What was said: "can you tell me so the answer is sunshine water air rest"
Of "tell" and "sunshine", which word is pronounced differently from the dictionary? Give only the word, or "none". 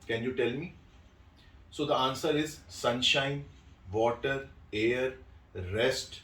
none